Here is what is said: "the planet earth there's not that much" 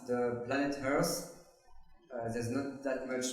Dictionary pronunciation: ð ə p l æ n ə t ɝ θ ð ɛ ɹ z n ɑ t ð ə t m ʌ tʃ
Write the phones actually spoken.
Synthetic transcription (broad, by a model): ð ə p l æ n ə t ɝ s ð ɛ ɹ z n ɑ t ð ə t m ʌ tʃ